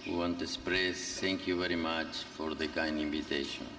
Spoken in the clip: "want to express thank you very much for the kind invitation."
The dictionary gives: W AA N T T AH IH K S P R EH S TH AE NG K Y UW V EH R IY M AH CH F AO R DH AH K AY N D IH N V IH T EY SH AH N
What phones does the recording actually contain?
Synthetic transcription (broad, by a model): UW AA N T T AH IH S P R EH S T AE NG K Y UW V EH R IY M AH CH F AO R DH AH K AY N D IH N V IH T EY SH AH N